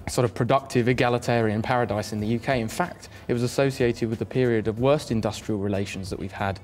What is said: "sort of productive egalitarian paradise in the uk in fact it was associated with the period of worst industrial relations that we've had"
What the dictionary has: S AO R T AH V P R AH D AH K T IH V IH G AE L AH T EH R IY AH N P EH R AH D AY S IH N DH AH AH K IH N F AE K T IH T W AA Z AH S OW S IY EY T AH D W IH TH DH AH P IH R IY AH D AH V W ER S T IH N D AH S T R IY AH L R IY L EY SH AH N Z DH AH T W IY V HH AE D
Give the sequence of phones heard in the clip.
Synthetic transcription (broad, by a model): S AO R T AH V P R AH D AH K T IH V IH G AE L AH T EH R IY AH N P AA R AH D AY S IH N DH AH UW K IH N F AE K T IH T W AA Z AH S OW S IY EY T AH D W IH DH AH P IH R IY AH D AH V W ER S T IH N D AH S T R IY AH L R IY L EY SH AH N Z DH AH T W IY V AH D